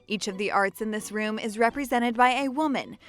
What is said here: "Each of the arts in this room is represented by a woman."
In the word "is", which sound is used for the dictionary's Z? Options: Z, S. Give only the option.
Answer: Z